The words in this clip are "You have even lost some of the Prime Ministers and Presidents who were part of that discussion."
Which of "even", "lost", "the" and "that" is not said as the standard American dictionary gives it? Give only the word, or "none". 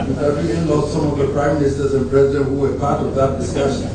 even